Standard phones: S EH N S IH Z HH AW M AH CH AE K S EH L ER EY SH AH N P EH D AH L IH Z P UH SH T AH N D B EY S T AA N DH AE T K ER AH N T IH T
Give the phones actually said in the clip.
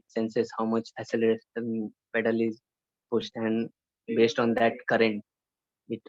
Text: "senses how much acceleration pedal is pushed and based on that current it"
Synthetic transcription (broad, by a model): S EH N S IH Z HH AW M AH CH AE S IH L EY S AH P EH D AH L IH Z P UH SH T AH N D B EY S T AA N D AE T K ER AH N T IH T